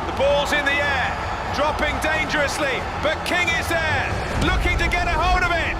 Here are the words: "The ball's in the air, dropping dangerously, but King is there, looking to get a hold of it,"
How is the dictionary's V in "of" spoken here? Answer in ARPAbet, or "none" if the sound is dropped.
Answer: V